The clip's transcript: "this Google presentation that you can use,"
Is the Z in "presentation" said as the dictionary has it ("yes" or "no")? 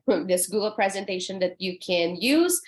yes